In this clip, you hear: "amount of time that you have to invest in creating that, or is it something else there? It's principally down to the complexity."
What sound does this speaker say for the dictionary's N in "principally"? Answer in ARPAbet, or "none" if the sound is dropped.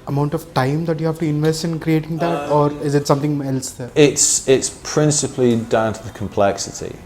N